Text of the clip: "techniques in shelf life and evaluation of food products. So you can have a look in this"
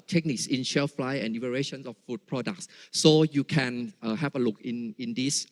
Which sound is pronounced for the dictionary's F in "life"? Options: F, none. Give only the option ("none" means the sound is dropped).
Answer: none